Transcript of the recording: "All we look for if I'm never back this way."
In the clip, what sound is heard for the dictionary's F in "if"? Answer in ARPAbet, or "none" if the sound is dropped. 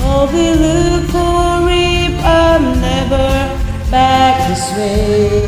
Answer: P